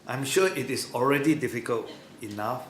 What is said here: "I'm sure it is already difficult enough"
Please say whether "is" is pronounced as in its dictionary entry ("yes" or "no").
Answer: no